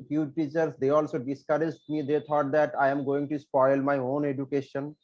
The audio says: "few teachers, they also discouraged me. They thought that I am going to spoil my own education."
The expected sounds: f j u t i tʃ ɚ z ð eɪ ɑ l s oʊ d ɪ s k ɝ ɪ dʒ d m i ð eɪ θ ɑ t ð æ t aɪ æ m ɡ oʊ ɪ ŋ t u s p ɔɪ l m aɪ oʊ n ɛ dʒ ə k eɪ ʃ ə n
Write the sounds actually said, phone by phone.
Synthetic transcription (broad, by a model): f j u t i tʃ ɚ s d eɪ ɑ l s oʊ d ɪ s k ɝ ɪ dʒ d m i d eɪ t ɑ t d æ t aɪ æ m ɡ oʊ ɪ ŋ t u s p ɔɪ l m aɪ oʊ n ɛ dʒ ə k eɪ ʃ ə n